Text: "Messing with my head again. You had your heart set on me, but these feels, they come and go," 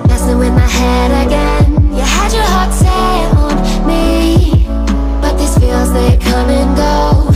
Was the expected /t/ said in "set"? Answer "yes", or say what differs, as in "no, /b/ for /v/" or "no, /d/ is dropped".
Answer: no, /t/ is dropped